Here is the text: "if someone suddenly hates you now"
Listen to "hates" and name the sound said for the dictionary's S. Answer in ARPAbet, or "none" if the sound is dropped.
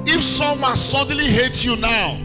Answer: none